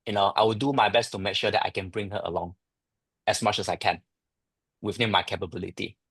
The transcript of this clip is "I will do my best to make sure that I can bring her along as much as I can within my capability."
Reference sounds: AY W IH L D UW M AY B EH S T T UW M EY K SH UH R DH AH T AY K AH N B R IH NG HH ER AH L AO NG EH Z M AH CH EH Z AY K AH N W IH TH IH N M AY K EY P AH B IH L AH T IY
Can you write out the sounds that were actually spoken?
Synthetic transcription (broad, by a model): AY W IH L D UW M AY B EH S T T UW M EY K SH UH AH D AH T AY K AH N B R IH NG HH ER AH L AO NG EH S M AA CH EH S AY K AH N W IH F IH M AY K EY P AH B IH L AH T IY